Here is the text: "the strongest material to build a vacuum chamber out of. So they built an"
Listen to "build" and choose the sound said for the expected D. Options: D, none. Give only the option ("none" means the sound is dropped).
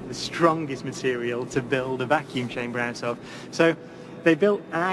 D